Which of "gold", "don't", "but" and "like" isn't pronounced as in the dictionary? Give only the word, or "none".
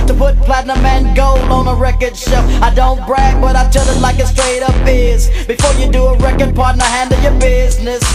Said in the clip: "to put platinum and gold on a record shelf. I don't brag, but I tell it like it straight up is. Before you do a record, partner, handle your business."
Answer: gold